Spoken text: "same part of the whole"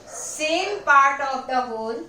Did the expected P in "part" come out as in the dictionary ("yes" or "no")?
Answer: yes